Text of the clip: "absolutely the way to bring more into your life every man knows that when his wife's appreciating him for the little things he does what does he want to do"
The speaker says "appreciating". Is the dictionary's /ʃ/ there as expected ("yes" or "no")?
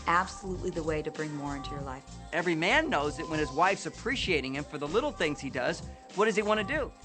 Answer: yes